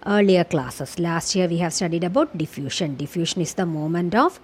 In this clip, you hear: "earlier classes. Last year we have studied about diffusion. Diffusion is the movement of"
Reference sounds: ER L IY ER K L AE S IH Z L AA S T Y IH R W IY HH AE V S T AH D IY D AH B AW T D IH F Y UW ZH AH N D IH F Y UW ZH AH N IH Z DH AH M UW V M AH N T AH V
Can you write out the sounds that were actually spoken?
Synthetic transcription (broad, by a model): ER L IY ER K L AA S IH S L AA S T Y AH R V IY HH AE V S T AH D IY D AH B AW T D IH F Y UW SH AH N D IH F Y UW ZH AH N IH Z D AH M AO M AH N T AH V